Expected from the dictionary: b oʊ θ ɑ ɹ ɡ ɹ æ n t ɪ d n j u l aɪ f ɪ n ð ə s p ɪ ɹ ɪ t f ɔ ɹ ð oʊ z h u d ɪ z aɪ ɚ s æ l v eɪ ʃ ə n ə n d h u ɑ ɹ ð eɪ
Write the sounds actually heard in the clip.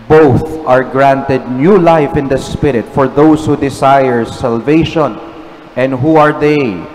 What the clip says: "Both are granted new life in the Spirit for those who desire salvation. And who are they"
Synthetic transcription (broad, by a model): b oʊ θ ɑ ɹ ɡ ɹ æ n t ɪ d n j u l aɪ f ɪ n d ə s p ɪ ɹ ɪ t f ɔ ɹ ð oʊ s h u d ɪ s aɪ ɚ s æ l v eɪ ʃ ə n ə n d h u ɑ ɹ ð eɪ